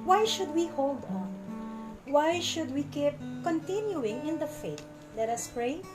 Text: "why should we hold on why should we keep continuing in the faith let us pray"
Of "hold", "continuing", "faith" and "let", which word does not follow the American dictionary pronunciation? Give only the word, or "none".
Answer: faith